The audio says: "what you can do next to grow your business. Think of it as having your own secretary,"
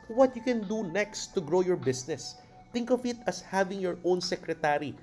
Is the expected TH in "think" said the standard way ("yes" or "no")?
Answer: no